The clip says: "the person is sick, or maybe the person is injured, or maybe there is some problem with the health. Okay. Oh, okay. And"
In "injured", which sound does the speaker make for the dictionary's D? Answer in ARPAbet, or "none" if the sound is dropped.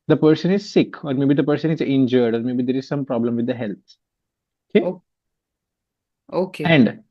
D